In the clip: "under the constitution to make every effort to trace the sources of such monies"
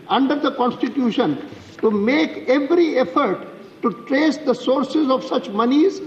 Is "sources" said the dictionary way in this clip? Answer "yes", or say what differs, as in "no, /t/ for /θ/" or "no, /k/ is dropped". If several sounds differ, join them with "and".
yes